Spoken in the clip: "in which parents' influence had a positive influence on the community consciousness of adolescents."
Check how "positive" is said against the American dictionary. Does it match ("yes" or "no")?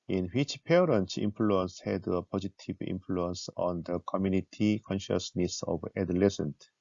no